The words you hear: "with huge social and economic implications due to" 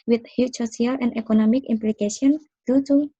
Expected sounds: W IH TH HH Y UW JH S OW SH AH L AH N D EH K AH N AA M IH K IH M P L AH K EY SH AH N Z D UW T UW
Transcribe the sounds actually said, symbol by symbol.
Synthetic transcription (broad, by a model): W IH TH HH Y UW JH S OW S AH L AH N D EH K AH N AA M IH K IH M P L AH K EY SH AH N D UW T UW